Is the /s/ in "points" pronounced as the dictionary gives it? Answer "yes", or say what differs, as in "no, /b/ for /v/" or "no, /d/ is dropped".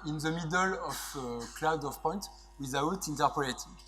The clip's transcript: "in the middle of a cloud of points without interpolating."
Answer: no, /s/ is dropped